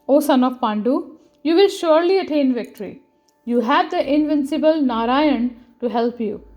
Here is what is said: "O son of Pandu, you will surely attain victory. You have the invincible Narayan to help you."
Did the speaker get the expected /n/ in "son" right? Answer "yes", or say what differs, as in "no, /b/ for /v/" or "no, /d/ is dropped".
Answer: yes